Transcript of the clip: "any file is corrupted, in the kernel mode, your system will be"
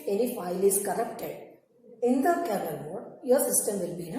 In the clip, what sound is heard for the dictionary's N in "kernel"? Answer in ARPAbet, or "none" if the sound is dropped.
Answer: none